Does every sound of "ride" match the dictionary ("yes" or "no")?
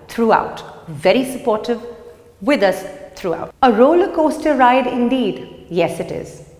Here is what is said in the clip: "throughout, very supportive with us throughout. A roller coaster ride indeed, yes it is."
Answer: yes